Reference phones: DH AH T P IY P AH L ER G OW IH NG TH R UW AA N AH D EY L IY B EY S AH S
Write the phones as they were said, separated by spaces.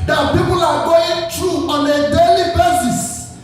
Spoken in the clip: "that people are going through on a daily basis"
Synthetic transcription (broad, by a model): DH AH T P IY P AH L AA G OW IH NG T R UW AA N AH D EY L IY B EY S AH S